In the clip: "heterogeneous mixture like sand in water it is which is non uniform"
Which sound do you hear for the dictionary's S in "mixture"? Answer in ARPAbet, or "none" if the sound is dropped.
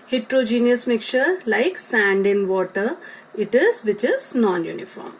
none